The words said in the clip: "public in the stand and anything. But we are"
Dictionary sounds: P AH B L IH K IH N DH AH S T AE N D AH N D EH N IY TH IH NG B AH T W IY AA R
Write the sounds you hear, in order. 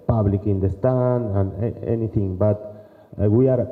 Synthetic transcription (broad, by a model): P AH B L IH K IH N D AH S T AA N AH N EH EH N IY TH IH NG B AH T W IY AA R